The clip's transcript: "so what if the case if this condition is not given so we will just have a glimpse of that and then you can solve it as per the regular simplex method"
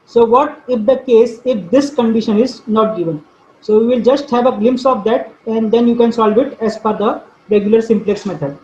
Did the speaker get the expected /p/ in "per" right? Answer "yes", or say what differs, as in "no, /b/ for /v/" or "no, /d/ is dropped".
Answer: no, /f/ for /p/